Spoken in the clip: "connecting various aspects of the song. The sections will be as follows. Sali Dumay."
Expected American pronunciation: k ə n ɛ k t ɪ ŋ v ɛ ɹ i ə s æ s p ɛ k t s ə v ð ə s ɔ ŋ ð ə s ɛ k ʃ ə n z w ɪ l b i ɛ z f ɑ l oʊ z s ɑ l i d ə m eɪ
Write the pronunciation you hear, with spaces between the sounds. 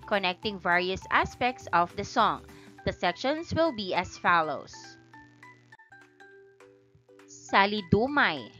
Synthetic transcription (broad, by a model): k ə n ɛ k t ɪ ŋ v ɛ ɹ i ə s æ s p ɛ k t s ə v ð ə s ɔ ŋ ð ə s ɛ k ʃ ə n s w ɪ l b i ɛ s f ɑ l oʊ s s ɑ l i d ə m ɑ